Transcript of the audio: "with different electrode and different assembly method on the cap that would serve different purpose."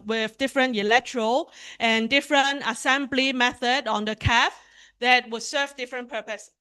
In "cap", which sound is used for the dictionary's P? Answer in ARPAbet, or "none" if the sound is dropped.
F